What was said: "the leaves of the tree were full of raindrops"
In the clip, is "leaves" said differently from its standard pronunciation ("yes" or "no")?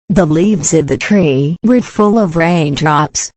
no